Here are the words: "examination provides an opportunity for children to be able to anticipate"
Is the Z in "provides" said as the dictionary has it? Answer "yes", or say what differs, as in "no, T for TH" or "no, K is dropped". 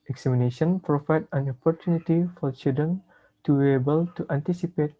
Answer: no, Z is dropped